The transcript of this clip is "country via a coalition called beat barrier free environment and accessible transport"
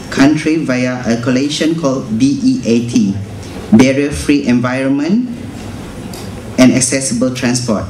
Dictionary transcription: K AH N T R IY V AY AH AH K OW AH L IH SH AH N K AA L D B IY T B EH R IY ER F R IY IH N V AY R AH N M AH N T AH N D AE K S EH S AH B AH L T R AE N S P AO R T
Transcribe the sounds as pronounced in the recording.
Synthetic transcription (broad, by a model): K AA N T R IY V AY AH AH K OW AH L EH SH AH N K AA L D B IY T B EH R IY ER F R IY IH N V AY R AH N M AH N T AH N AE K S EH S AH B AH L T R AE N S P AO T